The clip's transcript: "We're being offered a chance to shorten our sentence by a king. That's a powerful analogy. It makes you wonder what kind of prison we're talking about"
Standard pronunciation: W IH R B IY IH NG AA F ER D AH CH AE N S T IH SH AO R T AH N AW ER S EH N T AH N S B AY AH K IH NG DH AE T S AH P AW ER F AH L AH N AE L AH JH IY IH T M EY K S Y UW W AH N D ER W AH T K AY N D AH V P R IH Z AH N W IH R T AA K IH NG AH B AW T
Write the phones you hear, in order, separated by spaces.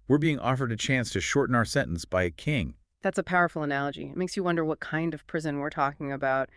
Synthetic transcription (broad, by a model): W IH R B IY IH NG AA F ER D AH CH AE N S T IH SH AO R T N AW ER S EH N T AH N S B AY AH K IH NG DH AE T S AH P AW ER F L AH N AE L AH JH IY IH T M EY K S Y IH W AH N D ER W AH T K AY N D AH V P R IH Z AH N W IH R T AA K IH NG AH B AW T